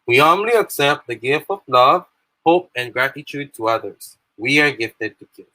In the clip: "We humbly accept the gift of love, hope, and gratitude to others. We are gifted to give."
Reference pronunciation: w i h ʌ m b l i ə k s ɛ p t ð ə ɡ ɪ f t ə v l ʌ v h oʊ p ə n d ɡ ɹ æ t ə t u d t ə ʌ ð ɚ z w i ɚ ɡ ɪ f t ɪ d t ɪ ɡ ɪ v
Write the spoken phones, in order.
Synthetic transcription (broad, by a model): w i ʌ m l i ə k s ɛ p t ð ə ɡ ɪ f t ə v l ʌ v h oʊ p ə n ɡ ɹ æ t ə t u d t ə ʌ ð ɚ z w i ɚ ɡ ɪ f t ɪ d t ɪ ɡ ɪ